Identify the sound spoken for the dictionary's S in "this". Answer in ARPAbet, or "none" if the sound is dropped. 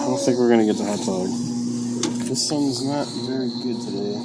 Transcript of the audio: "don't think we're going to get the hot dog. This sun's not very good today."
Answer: S